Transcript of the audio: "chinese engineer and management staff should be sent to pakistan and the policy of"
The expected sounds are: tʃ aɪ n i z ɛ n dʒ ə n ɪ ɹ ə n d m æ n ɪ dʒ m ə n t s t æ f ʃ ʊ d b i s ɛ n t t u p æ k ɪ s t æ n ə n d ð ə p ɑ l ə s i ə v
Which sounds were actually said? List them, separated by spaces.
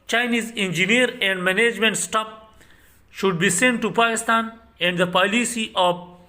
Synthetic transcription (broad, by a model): tʃ aɪ n i z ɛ n dʒ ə n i ɹ ə n d m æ n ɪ dʒ m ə n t s t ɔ p ʃ ʊ d b i s ɛ n t t u p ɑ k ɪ s t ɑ n ə n d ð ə p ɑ l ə s i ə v